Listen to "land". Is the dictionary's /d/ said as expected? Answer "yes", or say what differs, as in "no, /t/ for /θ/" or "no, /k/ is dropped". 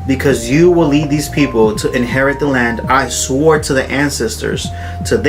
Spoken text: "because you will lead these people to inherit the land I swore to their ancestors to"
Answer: yes